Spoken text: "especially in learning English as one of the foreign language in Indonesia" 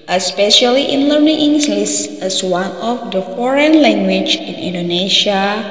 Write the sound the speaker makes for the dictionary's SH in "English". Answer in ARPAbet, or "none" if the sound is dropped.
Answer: S